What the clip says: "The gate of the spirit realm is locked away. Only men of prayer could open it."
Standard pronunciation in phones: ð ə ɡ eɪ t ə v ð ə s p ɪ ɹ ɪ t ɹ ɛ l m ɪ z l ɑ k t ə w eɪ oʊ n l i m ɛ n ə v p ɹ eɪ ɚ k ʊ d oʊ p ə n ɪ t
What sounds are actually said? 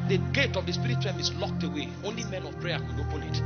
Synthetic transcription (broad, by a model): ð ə ɡ eɪ t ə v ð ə s p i ɹ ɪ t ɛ m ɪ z l ɑ k t ə w eɪ oʊ n l i m ɛ n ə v p ɹ eɪ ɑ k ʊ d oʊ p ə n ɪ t